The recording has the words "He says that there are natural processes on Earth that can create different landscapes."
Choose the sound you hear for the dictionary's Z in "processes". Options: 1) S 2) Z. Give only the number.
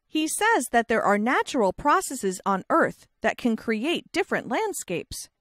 2